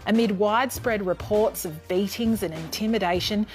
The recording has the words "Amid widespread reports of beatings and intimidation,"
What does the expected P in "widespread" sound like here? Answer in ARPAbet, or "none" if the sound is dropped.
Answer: P